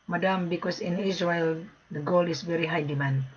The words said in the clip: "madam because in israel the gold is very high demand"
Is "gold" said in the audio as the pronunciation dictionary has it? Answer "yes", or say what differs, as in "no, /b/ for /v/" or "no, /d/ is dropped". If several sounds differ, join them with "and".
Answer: no, /d/ is dropped